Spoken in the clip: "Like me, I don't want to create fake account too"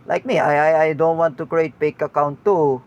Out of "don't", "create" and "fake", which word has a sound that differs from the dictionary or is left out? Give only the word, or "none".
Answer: fake